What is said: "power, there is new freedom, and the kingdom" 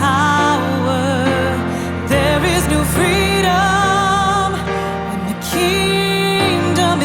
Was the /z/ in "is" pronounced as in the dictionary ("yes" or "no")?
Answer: yes